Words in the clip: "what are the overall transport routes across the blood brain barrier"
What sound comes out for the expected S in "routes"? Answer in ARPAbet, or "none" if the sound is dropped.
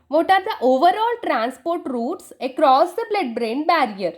S